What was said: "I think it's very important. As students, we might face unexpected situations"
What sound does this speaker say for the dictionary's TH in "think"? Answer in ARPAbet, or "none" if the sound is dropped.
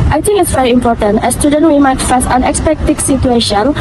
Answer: T